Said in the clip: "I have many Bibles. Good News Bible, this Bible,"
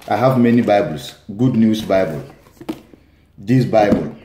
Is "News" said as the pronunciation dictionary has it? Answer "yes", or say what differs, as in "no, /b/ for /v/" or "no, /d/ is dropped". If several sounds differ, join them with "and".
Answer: no, /s/ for /z/